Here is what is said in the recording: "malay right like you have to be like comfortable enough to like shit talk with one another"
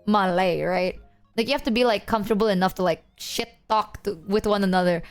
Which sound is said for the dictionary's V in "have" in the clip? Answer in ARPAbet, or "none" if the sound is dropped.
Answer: F